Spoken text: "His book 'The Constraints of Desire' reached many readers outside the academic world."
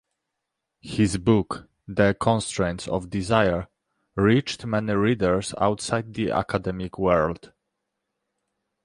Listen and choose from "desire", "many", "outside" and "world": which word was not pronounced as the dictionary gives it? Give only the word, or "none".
none